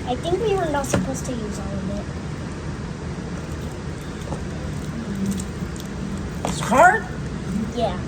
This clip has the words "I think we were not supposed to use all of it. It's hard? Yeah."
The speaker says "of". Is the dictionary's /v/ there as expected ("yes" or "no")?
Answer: no